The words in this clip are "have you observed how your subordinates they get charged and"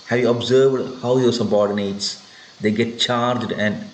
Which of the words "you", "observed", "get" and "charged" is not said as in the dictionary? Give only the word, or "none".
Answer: none